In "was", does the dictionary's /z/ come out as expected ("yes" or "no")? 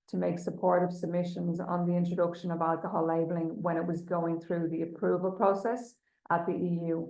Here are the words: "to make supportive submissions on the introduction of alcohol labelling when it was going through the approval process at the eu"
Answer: yes